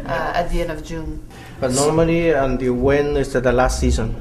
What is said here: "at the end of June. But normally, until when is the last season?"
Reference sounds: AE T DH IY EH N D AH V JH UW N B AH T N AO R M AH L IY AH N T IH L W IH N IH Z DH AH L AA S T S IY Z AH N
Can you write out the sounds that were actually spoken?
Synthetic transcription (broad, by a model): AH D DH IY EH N AH V JH UW N B AH T N AO R M AH L IY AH N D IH W IH N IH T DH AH L AA S T S IY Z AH N